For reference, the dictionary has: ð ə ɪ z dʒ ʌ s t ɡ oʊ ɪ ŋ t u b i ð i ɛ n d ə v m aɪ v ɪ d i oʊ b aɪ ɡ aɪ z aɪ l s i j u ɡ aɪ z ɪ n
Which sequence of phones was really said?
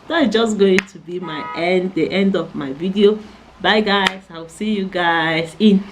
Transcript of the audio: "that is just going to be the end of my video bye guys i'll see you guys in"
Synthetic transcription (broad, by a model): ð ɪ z dʒ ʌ s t ɡ oʊ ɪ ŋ t u b i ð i ɛ n d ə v m aɪ v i d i oʊ b aɪ ɡ aɪ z aɪ w s i j u ɡ aɪ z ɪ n